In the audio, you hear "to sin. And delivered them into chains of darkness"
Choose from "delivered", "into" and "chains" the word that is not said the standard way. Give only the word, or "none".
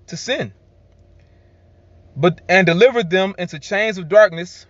none